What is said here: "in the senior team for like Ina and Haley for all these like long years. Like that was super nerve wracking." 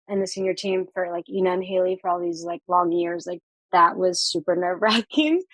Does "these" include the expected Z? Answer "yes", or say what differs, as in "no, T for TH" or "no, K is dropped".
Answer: yes